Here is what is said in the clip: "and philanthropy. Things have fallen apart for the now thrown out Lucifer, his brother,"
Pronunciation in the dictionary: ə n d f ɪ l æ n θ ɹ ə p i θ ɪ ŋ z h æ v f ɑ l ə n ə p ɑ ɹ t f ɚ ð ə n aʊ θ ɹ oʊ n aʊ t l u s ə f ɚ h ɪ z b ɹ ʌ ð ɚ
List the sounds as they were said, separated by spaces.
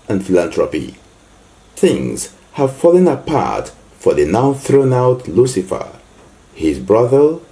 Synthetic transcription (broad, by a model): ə n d f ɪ l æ n t ɹ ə p i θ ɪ ŋ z h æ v f ɑ l ə n ə p ɑ ɹ t f ɚ ð ə n aʊ θ ɹ oʊ n aʊ t l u s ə f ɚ h ɪ z b ɹ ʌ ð ɚ